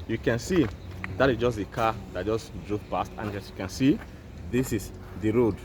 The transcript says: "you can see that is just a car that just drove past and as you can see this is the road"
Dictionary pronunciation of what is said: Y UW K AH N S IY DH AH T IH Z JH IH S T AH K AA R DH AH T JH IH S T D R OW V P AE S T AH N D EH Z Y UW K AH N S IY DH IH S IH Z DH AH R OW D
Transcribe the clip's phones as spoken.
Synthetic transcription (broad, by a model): Y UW K AH N S IY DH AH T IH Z JH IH S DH AH K AA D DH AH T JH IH S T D R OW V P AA S T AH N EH S Y UW K AH N S IY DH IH S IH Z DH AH R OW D